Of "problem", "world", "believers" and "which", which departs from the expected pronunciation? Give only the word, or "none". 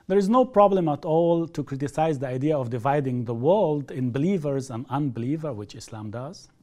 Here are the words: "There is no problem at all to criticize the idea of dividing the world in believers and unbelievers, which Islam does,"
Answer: none